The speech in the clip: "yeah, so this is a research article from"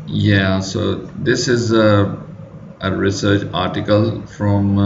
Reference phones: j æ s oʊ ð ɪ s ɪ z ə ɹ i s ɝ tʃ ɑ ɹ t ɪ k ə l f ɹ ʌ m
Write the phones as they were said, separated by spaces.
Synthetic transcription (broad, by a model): j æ s oʊ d ɪ s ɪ z ə ɹ i s ɝ tʃ ɑ ɹ t ɪ k ə l f ɹ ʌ m